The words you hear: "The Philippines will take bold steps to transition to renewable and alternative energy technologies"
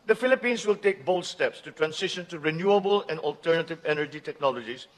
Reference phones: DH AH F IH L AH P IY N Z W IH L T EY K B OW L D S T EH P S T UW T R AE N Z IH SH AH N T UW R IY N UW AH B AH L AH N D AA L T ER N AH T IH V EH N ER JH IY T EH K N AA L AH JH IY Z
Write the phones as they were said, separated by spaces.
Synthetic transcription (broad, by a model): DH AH F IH L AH P IY N S W IH L T EY K B OW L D S T EH P S T UW T R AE N S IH SH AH N T UW R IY N UW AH B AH L AH N D AA L T ER N AH T IH V EH N ER JH IY T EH K N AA L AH JH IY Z